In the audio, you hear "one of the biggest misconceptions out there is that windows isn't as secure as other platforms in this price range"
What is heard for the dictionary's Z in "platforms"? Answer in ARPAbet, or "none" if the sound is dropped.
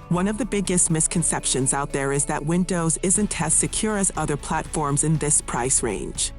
Z